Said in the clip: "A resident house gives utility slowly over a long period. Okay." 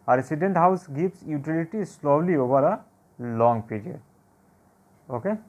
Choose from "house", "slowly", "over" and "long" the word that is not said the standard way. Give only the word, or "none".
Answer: over